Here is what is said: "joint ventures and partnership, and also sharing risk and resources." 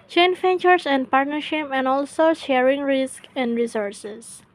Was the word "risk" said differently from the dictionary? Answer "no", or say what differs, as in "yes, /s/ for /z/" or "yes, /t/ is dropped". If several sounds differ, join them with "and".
no